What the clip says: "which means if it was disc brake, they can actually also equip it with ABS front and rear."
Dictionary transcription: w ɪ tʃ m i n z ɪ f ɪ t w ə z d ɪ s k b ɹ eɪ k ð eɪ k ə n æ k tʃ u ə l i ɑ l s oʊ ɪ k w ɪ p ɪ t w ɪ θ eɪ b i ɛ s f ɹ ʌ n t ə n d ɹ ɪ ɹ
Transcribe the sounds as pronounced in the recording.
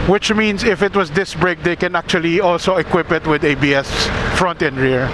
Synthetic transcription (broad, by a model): w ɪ tʃ m i n s ɪ f ɪ t w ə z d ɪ s b ɹ eɪ k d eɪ k ə n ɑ k tʃ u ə l i ɑ l s oʊ ɪ k w ɪ p ɪ t w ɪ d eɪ b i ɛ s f ɹ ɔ n t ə n ɹ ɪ ɹ